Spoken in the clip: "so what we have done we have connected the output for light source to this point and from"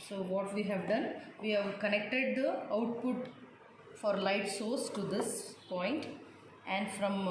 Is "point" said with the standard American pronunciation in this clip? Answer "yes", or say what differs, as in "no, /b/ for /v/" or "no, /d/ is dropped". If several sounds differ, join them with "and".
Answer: yes